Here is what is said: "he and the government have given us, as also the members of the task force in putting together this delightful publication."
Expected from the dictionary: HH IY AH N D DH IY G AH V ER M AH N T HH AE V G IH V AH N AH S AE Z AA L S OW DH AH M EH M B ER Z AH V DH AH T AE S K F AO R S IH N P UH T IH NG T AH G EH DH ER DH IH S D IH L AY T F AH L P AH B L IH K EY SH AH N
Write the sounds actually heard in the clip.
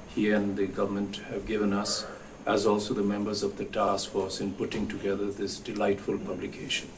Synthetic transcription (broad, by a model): HH IY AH N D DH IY G AH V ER M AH N T HH AE V G IH V AH N AH S AE Z AA L S OW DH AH M EH M B ER Z AH V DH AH T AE S K F AO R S IH N P UH T IH NG T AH G EH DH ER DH IH S D IH L AY T F AH L P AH B L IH K EY SH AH N